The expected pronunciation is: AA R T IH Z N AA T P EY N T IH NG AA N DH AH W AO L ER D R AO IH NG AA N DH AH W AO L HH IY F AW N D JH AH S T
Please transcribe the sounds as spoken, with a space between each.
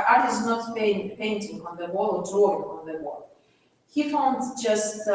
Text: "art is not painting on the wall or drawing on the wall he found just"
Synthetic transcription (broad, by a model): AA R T IH Z N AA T P EY N T IH NG AA N DH AH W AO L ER D R AO IH NG AA N DH AH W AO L HH IY F AW N D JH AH S T